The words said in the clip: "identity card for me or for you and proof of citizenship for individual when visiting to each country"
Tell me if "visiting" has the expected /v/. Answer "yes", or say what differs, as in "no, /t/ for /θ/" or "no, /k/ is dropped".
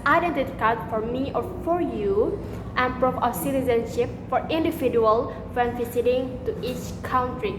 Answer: no, /f/ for /v/